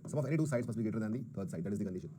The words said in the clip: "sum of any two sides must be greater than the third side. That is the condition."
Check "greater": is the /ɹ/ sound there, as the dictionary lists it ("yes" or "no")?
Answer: no